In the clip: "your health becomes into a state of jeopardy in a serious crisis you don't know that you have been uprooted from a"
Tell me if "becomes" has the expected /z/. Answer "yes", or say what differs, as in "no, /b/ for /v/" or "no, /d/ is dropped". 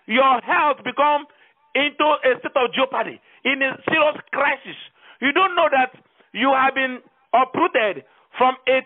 no, /z/ is dropped